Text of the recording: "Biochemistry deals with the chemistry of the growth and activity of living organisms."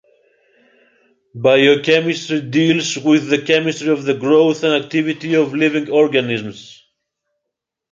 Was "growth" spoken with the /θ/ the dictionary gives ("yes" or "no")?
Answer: yes